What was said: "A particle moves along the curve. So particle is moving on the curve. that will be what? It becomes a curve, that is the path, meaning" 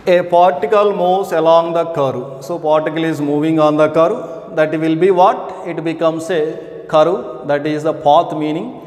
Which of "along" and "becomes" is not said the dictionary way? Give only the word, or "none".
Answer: becomes